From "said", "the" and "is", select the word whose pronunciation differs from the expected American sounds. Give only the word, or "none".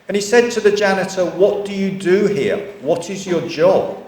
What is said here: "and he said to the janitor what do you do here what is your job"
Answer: none